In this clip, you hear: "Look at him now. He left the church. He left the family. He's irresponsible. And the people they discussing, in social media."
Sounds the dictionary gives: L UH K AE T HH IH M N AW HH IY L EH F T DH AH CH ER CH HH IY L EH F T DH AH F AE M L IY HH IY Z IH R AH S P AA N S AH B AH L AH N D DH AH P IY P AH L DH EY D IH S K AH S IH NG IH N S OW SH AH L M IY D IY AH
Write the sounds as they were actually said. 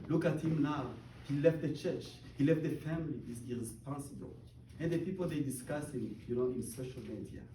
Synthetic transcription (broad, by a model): L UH K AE T HH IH M N AW HH IY L EH F T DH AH CH ER CH HH IY L EH F T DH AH F AE M L IY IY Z IH R AH S P AA N S AH B AH L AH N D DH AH P IY P AH L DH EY D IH S K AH S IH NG IH N S OW SH AH L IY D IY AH